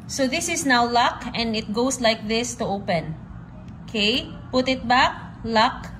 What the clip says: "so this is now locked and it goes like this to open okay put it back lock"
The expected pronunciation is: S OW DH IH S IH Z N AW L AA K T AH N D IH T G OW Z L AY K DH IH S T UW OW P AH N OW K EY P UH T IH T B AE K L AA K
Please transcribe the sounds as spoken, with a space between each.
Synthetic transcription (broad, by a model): S OW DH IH S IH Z N AW L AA K AH N D IH T G OW S L AY K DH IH S T UW OW P AH N OW K EY P UH T IH T B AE K L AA K